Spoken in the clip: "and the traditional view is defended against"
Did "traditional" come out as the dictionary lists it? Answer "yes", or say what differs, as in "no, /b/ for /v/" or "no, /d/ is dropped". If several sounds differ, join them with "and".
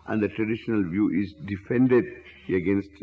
yes